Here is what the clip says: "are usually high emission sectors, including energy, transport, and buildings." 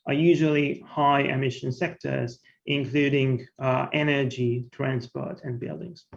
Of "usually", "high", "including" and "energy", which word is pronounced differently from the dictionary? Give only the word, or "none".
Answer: none